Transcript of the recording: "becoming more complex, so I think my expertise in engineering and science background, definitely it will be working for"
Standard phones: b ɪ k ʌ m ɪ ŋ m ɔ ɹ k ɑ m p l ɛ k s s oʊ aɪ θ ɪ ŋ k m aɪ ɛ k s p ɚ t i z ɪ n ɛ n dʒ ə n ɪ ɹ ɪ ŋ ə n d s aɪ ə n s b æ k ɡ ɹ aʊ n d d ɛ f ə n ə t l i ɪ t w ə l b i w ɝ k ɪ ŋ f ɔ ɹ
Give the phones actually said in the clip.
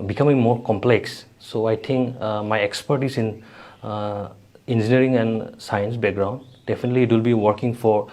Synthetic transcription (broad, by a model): b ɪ k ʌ m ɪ ŋ m ɔ ɹ k ɑ m p l ɛ k s s oʊ aɪ t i ŋ k m aɪ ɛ k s p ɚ t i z ɪ n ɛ n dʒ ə n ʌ ɹ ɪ ŋ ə n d s aɪ ə n s b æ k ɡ ɹ aʊ n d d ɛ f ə n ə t l i t w ə l b i w ɝ k ɪ ŋ f ɔ ɹ